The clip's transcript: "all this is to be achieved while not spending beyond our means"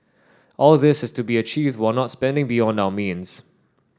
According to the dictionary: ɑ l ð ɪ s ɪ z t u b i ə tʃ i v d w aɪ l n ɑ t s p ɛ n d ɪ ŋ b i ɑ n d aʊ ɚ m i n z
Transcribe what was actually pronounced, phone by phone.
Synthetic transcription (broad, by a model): ɑ l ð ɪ s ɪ s t u b i ə tʃ i v d w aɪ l n ɑ t s p ɛ n d ɪ ŋ b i ɑ n d aʊ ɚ m i n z